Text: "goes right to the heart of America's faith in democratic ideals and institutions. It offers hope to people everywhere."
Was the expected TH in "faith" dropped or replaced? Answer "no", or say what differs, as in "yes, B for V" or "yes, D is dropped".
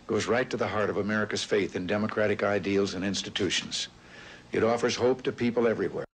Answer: no